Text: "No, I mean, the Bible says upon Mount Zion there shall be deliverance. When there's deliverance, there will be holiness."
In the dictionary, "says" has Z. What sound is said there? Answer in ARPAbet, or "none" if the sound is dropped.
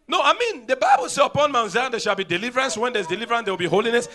none